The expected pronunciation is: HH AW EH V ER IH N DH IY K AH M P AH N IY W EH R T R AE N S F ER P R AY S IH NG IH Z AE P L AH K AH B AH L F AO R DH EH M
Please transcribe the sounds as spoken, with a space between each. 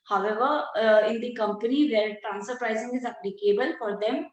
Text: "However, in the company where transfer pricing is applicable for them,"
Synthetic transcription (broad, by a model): HH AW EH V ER IH N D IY K AH M P AH N IY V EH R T R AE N S ER P R AY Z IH NG IH Z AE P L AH K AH B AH L F AO R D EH M